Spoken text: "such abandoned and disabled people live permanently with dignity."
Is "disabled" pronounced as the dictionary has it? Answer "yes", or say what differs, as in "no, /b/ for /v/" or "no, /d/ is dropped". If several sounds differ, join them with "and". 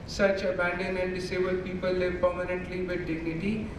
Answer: no, /l/ is dropped